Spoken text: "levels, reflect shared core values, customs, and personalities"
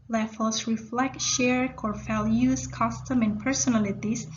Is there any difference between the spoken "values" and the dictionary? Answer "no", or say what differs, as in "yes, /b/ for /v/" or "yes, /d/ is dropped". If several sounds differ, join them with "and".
yes, /f/ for /v/